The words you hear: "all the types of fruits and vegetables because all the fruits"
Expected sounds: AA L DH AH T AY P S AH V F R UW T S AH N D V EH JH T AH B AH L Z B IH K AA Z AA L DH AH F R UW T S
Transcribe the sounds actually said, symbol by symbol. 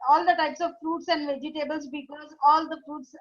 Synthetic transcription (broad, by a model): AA L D AH T AY P S AH V F R UW T S AH N D V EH JH T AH B AH L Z B IH K AA Z AA L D AH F R UW T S